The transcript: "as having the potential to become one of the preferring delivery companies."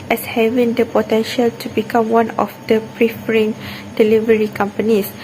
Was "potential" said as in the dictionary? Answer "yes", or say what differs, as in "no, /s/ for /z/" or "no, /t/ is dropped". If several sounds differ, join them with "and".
yes